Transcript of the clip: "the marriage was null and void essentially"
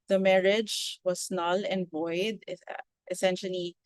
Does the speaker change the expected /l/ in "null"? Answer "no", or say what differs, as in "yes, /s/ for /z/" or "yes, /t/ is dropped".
no